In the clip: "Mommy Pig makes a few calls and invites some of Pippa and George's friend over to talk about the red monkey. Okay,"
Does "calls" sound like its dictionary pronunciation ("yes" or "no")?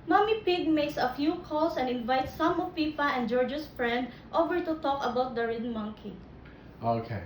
no